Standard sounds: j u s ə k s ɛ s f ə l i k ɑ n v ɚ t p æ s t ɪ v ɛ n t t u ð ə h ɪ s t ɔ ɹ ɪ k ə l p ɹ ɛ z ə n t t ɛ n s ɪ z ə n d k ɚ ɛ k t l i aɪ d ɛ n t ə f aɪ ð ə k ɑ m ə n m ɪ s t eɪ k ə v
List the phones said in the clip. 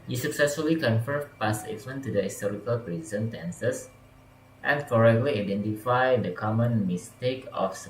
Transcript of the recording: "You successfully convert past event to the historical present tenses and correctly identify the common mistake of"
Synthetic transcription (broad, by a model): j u s ə k s ɛ s f ə l i k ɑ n f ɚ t p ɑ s ɪ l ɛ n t t u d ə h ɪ s t ɔ ɹ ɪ k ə l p ɹ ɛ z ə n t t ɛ n s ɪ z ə n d k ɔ ɛ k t l i aɪ d ɛ n t ə f aɪ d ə k ɑ m ə n m ɪ s t eɪ k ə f